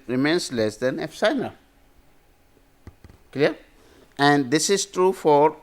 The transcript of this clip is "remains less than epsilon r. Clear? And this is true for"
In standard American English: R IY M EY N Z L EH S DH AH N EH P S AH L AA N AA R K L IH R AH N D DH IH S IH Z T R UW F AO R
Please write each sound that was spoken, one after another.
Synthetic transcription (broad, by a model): R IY M EY N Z L EH S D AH N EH F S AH IH N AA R K L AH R AH N D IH S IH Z T R UW F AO R